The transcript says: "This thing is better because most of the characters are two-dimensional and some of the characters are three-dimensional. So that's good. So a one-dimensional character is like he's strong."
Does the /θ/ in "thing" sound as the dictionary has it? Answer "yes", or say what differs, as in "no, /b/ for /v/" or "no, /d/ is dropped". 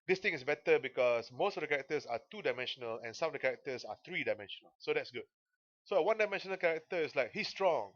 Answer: no, /t/ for /θ/